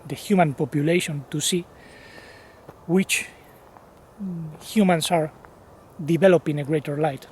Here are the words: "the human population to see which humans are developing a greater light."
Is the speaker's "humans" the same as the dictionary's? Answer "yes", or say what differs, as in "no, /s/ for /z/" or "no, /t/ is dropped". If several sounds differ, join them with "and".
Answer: no, /s/ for /z/